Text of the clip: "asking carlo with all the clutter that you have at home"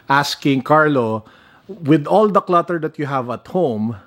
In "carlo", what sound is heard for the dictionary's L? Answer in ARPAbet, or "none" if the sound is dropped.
L